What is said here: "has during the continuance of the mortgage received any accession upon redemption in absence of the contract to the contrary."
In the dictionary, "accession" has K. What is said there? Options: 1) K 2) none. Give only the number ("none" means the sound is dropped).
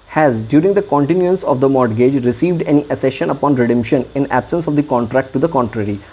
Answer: 2